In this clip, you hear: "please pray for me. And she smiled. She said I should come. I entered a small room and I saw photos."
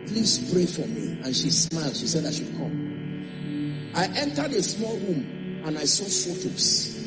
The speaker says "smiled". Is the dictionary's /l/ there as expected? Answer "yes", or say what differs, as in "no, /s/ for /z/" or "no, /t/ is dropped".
yes